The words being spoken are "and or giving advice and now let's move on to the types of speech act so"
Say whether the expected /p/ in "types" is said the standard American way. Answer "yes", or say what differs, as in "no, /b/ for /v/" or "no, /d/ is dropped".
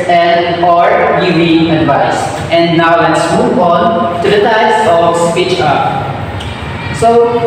no, /p/ is dropped